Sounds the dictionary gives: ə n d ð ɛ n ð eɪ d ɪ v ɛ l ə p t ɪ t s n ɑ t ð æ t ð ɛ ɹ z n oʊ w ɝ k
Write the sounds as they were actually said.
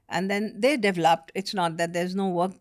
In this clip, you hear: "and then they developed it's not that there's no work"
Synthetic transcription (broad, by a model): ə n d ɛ n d eɪ d ɪ v ɛ l ə p t ɪ t s n ɑ t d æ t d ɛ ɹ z n oʊ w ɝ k